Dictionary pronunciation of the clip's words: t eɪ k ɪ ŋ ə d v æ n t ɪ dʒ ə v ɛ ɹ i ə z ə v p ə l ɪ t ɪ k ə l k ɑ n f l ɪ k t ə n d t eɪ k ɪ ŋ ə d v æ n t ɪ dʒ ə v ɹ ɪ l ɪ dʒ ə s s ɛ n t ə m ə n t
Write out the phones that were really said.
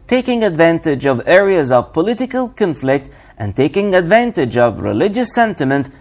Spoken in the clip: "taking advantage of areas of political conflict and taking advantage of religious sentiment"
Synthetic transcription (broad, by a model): t eɪ k ɪ ŋ ə d v æ n t ɪ dʒ ə v ɛ ɹ i ə z ə v p ə l ɪ t ɪ k ə l k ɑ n f l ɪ k t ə n t eɪ k ɪ ŋ ə d v æ n t ɪ dʒ ə v ɹ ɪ l ɪ dʒ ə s s ɛ n t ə m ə n t